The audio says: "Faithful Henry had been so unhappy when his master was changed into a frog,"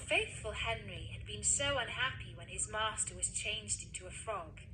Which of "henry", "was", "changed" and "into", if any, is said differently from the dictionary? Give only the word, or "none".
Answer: none